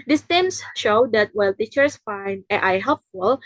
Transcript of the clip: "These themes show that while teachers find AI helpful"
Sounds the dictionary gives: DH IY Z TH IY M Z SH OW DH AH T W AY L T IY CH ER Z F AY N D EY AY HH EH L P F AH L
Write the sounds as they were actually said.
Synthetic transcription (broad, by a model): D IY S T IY M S SH OW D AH T W AY L T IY CH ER S F AY N D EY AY HH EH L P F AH L